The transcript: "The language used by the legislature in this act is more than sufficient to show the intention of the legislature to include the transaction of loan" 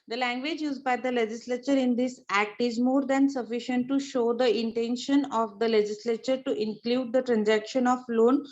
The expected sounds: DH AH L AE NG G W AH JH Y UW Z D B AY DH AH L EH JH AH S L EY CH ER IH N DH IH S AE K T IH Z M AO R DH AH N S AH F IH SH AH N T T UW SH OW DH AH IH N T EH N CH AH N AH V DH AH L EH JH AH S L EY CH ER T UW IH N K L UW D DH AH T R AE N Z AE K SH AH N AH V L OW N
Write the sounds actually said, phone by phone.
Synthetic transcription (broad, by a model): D AH L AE NG G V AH JH Y UW Z D B AY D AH L EH JH AH S L EY CH ER IH N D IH S AE K T IH Z M AO R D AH N S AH F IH SH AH N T T UW SH OW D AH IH N T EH N SH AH N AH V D AH L EH JH AH S L EY CH ER T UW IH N K L UW D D AH T R AE N Z AE K SH AH N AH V L OW N